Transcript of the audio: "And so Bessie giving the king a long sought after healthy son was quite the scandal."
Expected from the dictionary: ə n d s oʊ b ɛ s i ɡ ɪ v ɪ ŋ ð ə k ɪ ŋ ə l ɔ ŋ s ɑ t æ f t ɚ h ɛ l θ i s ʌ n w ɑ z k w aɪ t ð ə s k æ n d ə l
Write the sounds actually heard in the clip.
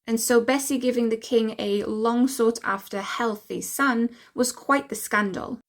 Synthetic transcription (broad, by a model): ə n s oʊ b ɛ s i ɡ ɪ v ɪ ŋ ð ə k ɪ ŋ ə l ɔ ŋ s ɑ t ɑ f t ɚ h ɛ l θ i s ʌ n w ɑ z k w aɪ t ð ə s k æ n d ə l